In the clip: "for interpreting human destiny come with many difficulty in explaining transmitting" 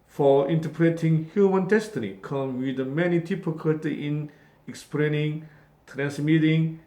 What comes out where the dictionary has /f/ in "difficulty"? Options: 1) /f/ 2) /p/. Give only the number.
2